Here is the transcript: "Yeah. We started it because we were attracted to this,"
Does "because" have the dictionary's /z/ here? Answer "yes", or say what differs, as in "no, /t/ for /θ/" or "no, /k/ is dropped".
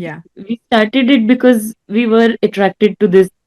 yes